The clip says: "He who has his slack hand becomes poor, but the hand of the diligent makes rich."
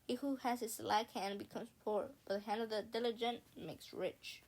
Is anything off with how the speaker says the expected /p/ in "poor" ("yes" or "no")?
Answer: no